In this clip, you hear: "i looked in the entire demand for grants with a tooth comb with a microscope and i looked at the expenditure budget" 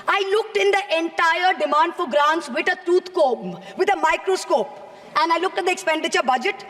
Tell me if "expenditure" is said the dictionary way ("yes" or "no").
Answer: yes